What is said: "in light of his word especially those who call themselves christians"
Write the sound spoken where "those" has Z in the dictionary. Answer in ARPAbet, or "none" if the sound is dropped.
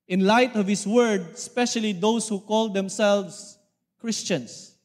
S